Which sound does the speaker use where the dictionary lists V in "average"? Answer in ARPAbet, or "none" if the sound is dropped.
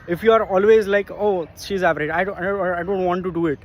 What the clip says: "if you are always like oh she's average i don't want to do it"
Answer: P